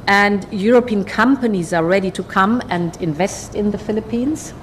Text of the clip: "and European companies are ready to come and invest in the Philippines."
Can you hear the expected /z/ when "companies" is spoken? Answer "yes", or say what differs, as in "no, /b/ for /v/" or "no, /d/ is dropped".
yes